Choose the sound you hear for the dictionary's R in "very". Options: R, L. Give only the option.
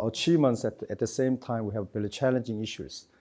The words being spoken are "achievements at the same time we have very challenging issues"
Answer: L